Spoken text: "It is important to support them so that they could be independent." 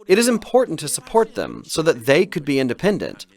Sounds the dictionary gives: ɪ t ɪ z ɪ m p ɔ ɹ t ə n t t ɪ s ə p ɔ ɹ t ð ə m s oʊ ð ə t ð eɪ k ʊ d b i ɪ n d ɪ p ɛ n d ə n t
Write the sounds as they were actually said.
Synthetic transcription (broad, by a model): ɪ t ɪ z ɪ m p ɔ ɹ t n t t ɪ s ə p ɔ ɹ t ð ə m s oʊ ð ə t ð eɪ k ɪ d b i ɪ n d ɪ p ɛ n d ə n t